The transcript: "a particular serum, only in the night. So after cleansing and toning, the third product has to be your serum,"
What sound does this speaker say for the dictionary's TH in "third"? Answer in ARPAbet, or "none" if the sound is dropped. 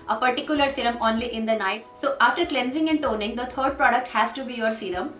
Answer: T